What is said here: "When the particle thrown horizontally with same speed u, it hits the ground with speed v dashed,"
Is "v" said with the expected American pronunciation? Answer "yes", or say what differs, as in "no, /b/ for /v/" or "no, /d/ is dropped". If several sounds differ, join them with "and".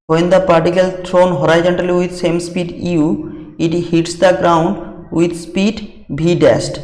no, /b/ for /v/